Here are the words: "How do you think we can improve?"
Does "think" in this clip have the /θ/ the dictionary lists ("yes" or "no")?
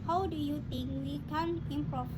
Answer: no